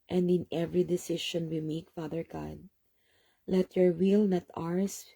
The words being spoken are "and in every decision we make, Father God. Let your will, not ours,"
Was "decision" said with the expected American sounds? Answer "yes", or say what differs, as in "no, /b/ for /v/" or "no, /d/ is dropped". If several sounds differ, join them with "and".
no, /ʃ/ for /ʒ/